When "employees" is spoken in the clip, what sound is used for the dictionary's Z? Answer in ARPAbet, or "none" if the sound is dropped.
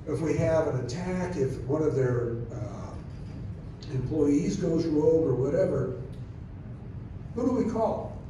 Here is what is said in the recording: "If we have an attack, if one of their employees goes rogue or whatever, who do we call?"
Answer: Z